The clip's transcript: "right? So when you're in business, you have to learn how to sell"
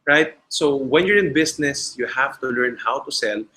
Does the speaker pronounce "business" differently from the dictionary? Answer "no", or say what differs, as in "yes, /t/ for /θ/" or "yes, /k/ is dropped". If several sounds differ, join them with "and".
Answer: yes, /s/ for /z/